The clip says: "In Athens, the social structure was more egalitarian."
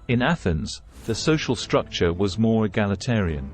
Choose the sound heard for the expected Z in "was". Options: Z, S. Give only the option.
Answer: Z